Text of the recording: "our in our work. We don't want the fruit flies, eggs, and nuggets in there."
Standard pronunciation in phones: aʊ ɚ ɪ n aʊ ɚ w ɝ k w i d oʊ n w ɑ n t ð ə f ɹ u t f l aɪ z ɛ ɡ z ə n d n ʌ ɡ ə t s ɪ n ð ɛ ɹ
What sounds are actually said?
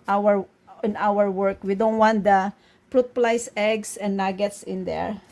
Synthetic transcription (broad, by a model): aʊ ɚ ɪ n aʊ ɚ w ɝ k w i d oʊ n w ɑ n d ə p ɹ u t p l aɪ s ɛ ɡ s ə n n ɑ ɡ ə t s ɪ n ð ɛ ɹ